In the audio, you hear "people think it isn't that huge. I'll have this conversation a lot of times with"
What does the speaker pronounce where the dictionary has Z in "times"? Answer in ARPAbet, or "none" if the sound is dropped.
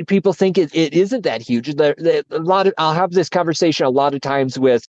Z